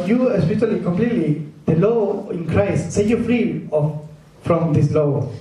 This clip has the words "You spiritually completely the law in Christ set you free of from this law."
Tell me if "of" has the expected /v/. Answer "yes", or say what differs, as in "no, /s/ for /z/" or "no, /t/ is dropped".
no, /f/ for /v/